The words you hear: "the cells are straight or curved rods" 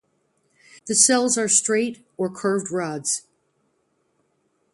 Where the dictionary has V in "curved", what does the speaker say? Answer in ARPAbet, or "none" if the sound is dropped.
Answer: V